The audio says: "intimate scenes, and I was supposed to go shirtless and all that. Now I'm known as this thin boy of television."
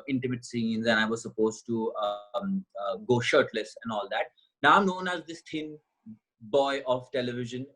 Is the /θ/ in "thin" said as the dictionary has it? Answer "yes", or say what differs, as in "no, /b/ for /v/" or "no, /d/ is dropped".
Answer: no, /t/ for /θ/